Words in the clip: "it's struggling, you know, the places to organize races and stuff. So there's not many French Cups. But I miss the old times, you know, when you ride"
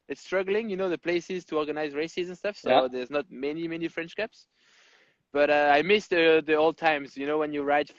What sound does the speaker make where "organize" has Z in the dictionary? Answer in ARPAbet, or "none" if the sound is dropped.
Z